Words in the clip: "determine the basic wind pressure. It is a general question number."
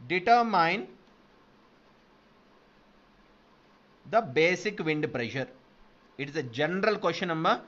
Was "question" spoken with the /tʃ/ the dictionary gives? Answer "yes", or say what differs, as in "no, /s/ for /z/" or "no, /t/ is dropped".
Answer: no, /ʃ/ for /tʃ/